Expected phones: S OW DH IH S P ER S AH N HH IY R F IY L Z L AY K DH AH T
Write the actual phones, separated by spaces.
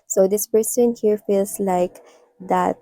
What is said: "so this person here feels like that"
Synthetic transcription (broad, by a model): S OW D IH S P ER S AH N HH IY R F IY L S L AY K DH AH T